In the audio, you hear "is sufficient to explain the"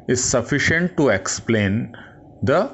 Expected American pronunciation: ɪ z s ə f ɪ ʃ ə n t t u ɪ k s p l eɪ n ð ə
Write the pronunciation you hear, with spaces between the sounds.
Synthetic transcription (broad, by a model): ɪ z s ə f ɪ ʃ ə n t t u ɪ k s p l eɪ n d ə